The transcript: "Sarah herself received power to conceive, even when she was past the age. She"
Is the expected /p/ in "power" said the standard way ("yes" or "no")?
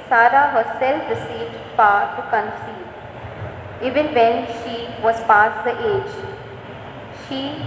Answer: no